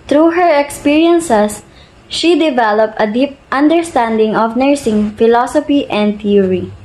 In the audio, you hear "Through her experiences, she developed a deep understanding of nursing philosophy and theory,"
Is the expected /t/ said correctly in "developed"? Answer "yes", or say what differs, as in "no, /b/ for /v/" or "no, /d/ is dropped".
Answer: yes